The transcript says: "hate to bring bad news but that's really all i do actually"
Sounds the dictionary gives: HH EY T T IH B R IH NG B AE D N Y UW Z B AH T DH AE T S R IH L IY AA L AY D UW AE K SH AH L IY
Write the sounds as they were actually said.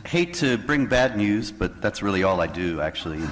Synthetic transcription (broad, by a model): HH EY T T IH B R IH NG B AE D N Y UW Z B AH T DH AE T S R IH L IY AA L AY D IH AE K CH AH L IY